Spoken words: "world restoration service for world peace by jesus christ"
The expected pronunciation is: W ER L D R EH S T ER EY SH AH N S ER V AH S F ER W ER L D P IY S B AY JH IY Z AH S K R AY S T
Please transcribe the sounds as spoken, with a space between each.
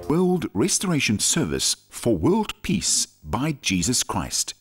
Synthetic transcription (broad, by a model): W ER L D R EH S T ER EY SH AH N S ER V AH S F ER W ER L D P IY S B AY JH IY Z AH S K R AY S T